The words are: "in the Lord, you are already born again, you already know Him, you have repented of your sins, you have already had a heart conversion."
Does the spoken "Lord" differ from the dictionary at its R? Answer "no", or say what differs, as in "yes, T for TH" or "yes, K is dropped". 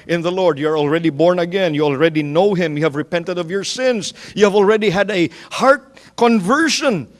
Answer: no